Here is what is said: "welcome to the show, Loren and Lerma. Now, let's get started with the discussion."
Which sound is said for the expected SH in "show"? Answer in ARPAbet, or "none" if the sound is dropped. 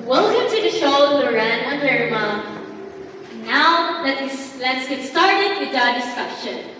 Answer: SH